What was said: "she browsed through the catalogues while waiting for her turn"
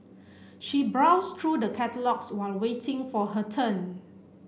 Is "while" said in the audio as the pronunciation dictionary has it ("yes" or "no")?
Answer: yes